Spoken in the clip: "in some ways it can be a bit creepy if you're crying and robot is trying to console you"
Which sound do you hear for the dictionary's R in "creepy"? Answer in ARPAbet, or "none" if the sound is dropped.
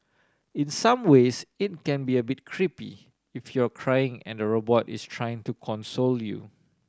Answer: R